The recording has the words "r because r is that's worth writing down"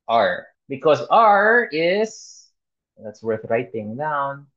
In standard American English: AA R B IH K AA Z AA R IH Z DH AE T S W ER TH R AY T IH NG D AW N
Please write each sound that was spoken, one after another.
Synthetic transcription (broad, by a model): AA R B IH K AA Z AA R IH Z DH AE T S W ER TH R AY T IH NG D AW N